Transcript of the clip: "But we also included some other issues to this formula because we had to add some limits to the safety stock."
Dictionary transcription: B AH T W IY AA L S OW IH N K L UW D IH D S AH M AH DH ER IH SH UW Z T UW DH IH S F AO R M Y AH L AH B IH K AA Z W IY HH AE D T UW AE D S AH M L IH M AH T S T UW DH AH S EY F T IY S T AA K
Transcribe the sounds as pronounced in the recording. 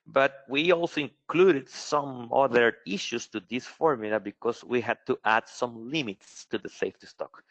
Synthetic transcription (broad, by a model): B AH T W IY AA L S OW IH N K L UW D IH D S AH M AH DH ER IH SH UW S T UW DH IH S F AO R M Y L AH B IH K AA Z W IY HH AE D T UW AE D S AH M L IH M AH T S T UW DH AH S EY F T IY S T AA K